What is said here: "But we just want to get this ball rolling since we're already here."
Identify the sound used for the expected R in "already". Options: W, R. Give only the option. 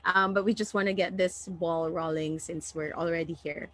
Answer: R